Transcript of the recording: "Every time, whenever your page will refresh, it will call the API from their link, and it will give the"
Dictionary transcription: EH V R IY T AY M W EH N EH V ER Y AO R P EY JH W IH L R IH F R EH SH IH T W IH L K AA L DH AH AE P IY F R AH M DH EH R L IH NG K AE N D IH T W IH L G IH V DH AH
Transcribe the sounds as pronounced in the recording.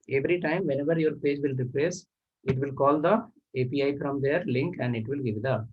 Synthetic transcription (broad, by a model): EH V R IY T AY M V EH N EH V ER Y AO R P EY JH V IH L R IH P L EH S IH T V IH L K AA L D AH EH P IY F R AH M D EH R L IH NG K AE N D IH T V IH L G IH V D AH